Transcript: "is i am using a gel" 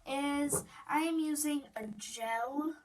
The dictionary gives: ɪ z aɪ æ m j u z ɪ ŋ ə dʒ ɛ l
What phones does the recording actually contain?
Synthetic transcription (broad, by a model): ɪ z aɪ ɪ m j u z ɪ ŋ ə dʒ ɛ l